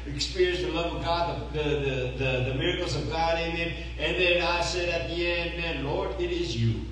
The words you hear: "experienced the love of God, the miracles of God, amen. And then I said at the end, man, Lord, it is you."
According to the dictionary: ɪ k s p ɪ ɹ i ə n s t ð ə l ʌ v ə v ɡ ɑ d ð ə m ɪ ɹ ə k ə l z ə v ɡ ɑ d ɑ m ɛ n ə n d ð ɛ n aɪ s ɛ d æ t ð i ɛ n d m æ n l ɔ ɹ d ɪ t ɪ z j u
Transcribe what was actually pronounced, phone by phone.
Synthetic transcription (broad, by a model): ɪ k s p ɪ ɹ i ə n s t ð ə l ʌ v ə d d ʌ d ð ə m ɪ ɹ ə k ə l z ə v ɡ ɑ d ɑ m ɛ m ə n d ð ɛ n aɪ s ɛ d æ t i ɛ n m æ n l ɔ ɹ d ɪ t ɪ z j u